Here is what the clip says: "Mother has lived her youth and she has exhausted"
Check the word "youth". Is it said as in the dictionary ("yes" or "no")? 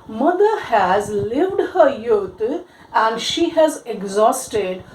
no